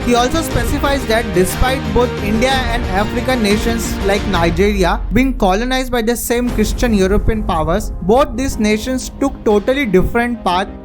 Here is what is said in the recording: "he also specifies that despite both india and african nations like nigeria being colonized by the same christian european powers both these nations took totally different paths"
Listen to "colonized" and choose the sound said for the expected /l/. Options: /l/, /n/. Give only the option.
/l/